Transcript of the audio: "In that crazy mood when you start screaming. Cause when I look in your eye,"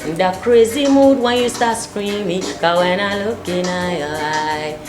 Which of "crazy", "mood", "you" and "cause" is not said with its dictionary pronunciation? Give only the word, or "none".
cause